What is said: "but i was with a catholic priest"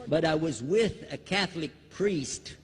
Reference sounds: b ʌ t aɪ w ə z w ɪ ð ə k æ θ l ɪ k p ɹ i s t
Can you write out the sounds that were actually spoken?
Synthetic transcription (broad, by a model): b ʌ t aɪ w ə z w ɪ ð ə k æ θ l ɪ k p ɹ i s t